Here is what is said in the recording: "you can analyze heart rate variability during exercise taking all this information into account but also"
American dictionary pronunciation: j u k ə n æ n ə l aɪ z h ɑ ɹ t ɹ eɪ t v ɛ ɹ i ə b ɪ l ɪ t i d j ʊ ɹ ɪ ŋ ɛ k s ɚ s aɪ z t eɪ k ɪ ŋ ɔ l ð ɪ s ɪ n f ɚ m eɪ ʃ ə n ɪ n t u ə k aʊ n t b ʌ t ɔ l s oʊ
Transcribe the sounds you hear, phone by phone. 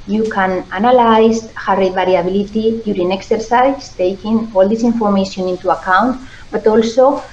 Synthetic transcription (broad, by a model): j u k ə n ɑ n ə l aɪ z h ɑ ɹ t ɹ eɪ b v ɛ ɹ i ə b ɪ l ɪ t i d j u ɹ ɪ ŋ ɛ k s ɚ s aɪ s t eɪ k ɪ ŋ ɔ l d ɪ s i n f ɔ m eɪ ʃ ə n ɪ n t u ə k aʊ n t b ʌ t ɔ l s oʊ